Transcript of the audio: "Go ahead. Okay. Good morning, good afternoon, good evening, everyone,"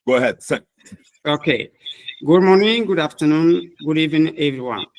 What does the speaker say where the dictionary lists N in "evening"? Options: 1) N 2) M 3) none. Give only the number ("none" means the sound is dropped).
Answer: 3